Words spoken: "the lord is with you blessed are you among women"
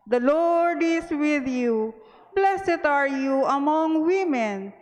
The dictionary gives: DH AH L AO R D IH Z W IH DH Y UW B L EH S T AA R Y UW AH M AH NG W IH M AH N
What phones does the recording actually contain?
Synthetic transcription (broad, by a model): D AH L AO R D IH S W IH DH Y UW B L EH S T AA R Y UW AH M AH NG W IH M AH N